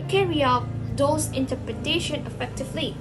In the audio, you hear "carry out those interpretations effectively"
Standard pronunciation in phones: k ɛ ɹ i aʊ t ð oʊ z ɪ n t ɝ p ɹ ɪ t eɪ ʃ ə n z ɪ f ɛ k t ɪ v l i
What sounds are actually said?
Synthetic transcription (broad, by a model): k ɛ ɹ i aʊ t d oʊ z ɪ n t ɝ p ɹ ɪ t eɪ ʃ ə n ɪ f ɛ k t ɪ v l i